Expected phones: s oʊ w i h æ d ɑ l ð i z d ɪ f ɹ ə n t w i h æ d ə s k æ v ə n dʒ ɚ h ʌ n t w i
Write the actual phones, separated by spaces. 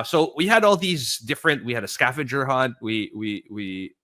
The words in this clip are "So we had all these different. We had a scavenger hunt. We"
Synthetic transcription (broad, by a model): s oʊ w i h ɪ d ɑ l ð i z d ɪ f ɹ ə n t w i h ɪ d ə s k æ f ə dʒ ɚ h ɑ n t w i